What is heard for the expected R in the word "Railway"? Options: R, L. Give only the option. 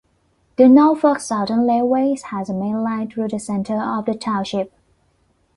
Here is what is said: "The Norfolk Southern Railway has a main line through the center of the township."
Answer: L